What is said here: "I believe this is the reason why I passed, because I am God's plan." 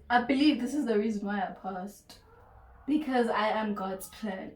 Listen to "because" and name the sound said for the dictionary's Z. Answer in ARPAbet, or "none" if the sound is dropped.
Z